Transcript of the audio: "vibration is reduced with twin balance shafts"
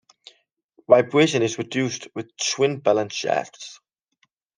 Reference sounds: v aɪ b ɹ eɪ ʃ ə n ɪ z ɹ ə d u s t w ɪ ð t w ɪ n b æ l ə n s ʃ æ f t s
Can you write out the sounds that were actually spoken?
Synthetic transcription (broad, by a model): v aɪ b ɹ eɪ ʃ ə n ɪ z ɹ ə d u s t w ɪ ð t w ɪ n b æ l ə n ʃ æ t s